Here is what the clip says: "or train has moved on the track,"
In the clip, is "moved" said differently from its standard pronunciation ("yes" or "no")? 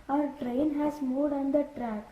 yes